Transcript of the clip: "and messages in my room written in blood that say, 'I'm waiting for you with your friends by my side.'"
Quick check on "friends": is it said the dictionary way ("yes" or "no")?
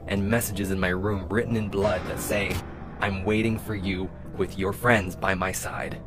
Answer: yes